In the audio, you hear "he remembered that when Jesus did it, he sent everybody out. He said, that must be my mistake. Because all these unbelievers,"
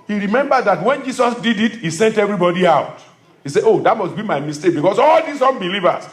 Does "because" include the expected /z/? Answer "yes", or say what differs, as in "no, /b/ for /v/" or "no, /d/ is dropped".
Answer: no, /s/ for /z/